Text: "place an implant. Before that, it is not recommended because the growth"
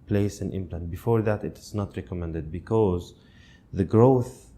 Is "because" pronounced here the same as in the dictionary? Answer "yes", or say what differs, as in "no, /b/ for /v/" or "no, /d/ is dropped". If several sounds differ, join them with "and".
yes